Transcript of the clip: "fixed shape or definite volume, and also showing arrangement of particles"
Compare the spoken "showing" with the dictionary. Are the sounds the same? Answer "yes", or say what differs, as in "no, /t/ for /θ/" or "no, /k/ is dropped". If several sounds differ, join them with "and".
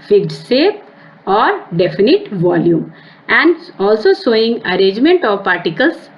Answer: no, /s/ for /ʃ/